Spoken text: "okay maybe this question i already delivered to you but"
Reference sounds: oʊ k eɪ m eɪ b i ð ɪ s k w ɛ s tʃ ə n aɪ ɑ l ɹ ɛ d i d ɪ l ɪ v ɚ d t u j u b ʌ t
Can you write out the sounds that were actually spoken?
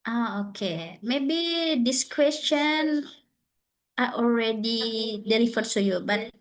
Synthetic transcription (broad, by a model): oʊ k eɪ m eɪ b i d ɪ s k w ɛ s tʃ ə n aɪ ɑ l ɹ ɛ d i d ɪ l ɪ f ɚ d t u j u b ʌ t